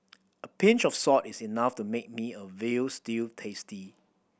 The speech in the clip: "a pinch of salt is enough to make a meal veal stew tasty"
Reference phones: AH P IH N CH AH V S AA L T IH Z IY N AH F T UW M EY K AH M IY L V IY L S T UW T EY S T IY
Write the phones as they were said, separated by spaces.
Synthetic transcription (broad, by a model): AH P IH N CH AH F S AA T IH S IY N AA F T UW M EY K M IY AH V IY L S T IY T EY S T IY